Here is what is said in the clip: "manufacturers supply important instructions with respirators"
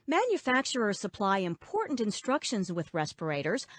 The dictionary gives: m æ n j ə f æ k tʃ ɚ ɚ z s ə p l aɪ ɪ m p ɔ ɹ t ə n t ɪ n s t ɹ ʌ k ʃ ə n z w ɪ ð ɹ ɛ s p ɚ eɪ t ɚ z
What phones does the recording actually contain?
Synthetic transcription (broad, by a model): m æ n j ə f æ k tʃ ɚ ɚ s ə p l aɪ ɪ m p ɔ ɹ t n t ɪ n s t ɹ ʌ k ʃ ə n z w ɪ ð ɹ ɛ s p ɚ eɪ t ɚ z